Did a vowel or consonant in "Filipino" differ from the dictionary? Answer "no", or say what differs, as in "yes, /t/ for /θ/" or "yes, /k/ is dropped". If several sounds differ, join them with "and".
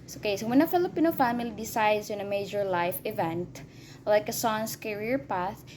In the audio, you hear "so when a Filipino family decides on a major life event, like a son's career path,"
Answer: no